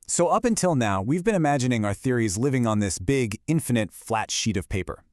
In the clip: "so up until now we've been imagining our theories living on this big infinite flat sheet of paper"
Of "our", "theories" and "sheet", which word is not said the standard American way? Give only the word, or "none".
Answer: none